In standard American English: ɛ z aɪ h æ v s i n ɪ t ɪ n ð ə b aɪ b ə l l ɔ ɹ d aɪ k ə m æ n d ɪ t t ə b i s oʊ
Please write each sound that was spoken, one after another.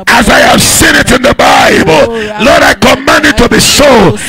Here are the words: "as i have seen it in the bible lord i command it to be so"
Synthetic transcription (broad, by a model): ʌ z aɪ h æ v s i n ɪ t ɪ n ð ə b aɪ b ə l l ɔ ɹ d aɪ k ə m æ n d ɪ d t ə b i s oʊ